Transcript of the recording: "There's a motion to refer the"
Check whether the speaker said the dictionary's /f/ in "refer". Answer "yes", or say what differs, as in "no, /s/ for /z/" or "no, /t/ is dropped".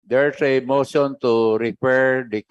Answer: no, /p/ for /f/